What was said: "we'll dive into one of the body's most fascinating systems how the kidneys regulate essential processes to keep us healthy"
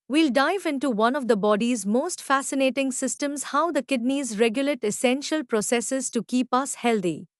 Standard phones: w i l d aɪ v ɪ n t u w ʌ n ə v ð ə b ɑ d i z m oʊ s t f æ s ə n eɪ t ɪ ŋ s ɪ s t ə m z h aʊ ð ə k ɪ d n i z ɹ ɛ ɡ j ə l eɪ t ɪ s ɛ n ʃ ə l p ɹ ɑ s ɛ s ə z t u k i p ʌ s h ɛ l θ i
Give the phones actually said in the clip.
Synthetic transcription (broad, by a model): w i l d aɪ v ɪ n t u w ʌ n ə v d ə b ɑ d i z m oʊ s t f æ s ə n eɪ t ɪ ŋ s ɪ s t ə m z h aʊ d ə k ɪ d n i z ɹ ɛ ɡ j ə l eɪ t ɪ s ɛ n ʃ ə l p ɹ ɑ s ɛ s ə z t u k i p ʌ s h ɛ l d i